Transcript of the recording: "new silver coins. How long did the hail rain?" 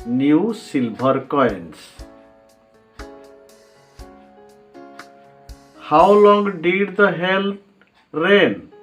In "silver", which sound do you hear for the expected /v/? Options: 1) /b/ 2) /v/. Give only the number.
1